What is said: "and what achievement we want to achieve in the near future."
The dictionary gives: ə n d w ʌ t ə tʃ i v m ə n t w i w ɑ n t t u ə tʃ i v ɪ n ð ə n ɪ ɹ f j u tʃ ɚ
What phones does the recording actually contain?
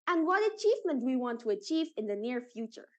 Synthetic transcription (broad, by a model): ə n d w ʌ t ə tʃ i v m ə n t w i w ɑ n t t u ə tʃ i v ɪ n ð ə n ɪ ɹ f j u tʃ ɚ